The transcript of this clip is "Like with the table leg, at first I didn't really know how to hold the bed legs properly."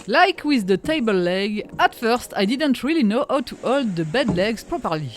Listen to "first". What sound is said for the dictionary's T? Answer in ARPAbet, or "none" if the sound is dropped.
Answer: T